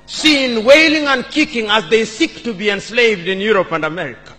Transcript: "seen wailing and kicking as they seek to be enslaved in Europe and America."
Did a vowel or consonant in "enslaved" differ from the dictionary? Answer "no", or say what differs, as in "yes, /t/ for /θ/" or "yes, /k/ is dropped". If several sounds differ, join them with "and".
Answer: no